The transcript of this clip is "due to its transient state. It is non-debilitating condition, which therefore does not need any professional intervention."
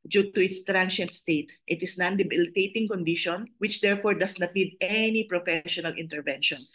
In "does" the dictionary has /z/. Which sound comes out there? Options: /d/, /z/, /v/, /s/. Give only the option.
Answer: /s/